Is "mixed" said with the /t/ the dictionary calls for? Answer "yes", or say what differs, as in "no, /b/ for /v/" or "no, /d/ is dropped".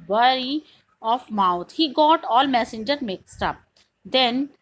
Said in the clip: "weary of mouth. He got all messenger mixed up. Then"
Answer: yes